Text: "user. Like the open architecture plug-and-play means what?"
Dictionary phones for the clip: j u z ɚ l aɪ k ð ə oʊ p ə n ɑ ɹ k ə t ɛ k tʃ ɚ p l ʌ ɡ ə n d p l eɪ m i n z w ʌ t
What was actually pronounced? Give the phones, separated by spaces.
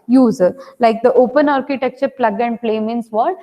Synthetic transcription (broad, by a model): j u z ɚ l aɪ k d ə oʊ p ə n ɑ ɹ k ə t ɛ k tʃ ɚ p l ʌ ɡ ə n d p l eɪ m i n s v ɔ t